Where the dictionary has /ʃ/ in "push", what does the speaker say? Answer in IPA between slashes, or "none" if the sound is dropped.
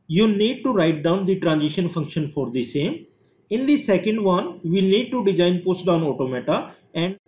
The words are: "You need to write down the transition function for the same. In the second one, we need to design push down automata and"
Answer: /s/